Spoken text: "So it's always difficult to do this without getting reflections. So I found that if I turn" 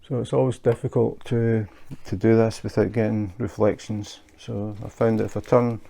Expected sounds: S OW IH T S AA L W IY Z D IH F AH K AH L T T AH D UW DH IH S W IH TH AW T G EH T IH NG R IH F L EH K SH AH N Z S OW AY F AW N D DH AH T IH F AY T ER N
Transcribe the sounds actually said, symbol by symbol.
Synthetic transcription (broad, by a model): S OW IH T S AA L W IY Z D IH F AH K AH L T T AH D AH DH IH S W IH TH AW T G EH T IH NG R IH F L EH K SH AH N Z S OW AY F AW N D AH T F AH T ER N